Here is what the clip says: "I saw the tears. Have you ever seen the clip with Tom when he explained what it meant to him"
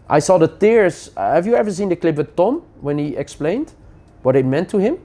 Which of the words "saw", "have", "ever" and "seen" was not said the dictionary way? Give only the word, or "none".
none